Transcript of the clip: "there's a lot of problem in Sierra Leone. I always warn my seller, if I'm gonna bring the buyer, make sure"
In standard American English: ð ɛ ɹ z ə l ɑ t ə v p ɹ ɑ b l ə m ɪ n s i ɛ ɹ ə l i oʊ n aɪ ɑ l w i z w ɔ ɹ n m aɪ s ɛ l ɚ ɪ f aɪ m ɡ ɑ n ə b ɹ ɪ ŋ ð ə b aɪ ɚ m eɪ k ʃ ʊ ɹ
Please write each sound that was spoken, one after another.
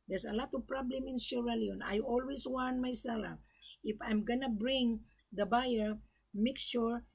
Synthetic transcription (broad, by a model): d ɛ ɹ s ə l ɑ t ə v p ɹ ɑ b l ə m ɪ n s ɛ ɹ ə l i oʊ n aɪ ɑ l w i s w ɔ n m aɪ s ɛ l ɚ ɪ f aɪ m ɡ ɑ n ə b ɹ ɪ ŋ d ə b aɪ ɚ m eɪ k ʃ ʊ ɹ